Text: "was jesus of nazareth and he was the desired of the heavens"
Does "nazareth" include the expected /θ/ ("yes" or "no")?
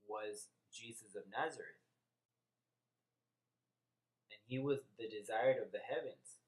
yes